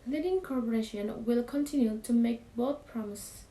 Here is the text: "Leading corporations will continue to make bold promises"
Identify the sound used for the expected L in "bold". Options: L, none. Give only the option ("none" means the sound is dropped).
none